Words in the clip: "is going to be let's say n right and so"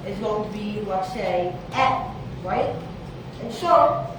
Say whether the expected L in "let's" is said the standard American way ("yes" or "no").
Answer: no